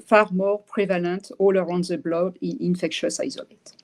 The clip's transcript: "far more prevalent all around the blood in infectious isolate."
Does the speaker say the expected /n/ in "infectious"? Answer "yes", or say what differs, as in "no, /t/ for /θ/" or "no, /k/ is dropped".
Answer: yes